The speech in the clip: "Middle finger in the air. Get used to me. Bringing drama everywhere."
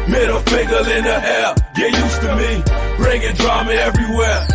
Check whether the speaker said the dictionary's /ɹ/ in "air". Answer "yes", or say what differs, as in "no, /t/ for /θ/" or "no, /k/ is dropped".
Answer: no, /l/ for /ɹ/